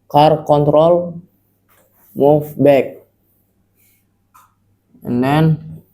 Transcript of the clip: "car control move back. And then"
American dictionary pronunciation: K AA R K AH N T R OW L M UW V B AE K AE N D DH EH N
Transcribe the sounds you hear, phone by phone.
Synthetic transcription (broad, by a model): K AA R K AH N T R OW L M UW F B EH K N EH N